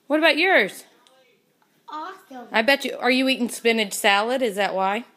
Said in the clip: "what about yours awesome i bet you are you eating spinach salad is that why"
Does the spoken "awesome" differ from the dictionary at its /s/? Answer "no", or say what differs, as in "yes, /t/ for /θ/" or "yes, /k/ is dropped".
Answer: yes, /s/ is dropped